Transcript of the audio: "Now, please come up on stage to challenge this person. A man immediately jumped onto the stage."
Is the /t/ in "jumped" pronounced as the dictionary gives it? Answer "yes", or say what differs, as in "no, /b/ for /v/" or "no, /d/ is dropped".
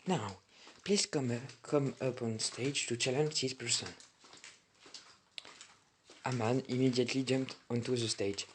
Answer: yes